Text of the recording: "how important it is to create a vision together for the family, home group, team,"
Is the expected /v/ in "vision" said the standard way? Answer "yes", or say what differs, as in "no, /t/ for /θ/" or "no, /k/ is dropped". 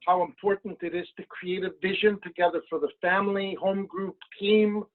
yes